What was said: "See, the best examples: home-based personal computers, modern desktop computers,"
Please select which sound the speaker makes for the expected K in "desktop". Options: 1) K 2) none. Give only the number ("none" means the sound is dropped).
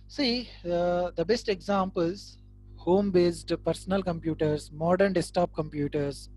2